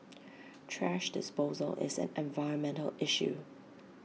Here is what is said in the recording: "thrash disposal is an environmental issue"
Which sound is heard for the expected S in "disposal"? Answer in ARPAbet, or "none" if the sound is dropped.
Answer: S